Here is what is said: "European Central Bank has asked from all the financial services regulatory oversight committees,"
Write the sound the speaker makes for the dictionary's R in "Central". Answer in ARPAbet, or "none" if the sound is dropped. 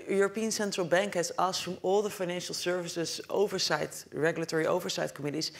R